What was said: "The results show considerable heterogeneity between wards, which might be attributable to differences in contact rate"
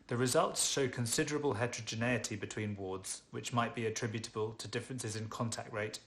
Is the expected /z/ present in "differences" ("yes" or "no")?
yes